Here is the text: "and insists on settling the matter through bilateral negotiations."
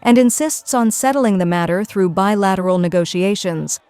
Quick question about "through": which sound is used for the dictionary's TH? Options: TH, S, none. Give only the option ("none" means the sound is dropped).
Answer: TH